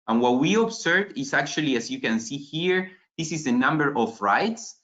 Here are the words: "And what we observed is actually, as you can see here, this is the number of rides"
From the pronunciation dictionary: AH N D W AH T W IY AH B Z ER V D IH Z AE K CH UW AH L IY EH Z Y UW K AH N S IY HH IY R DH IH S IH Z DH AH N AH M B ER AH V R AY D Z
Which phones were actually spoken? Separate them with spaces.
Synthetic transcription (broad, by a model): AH N W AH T W IY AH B S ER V IH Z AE K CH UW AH L IY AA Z Y UW K AH N S IY HH IY R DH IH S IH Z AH N AH M B ER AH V R AY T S